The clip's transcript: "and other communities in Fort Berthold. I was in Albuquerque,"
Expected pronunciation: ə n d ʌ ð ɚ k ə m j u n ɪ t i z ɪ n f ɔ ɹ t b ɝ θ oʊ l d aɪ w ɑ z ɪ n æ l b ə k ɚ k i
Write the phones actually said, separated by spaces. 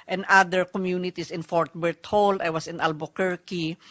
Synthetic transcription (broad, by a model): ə n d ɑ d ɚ k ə m j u n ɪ t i s ɪ n f ɔ ɹ t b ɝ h oʊ l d aɪ w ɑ s ɪ n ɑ l b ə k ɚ k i